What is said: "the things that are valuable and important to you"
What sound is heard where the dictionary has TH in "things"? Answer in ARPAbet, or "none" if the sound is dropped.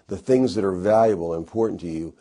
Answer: TH